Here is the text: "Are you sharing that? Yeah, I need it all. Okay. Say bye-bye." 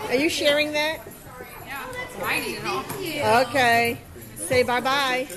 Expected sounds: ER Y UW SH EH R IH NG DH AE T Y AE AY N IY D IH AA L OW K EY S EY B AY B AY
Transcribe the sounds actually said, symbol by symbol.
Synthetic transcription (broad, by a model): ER Y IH SH EH R IH NG DH AE T Y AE AY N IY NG IH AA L OW K EY S EY B AY B AY